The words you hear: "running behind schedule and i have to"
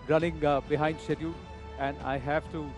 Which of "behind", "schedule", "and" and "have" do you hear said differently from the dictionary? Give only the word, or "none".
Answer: schedule